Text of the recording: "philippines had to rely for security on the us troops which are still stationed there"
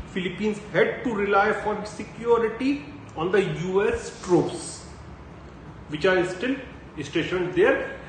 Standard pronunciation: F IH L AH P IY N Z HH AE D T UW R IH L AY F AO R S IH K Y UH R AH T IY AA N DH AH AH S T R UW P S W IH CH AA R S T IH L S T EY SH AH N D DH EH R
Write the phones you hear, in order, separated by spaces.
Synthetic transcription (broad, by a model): F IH L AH P IY N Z HH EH D T UW R IH L AY F AO R S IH K Y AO R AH T IY AA N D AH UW S T R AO S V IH CH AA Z S T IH L S T EY SH AH N D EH R